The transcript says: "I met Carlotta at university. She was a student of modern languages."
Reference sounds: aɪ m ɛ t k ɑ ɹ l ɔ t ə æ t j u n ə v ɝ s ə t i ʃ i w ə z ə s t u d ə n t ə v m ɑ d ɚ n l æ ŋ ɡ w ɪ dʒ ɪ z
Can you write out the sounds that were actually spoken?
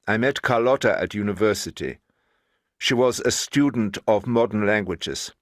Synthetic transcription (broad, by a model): aɪ m ɛ t k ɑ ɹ l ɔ t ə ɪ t j u n ə v ɝ s ə t i ʃ i w ə z ə s t u d n t ə v m ɑ d ɚ n l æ ŋ ɡ w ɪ dʒ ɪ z